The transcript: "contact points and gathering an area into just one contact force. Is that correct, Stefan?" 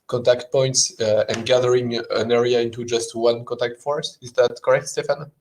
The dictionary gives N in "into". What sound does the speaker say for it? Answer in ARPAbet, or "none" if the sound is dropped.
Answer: N